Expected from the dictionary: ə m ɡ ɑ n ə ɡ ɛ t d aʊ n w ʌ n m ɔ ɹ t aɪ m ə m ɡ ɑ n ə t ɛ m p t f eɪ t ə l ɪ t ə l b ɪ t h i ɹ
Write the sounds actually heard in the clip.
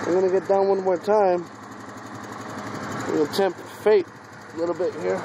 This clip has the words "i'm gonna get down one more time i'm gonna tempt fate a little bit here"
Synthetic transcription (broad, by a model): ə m ɡ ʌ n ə ɡ ɛ t d aʊ n w ʌ n m ɔ ɹ t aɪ ə m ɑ ə t ɛ m p t f eɪ t ə l ɪ t l b ɪ t h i ɹ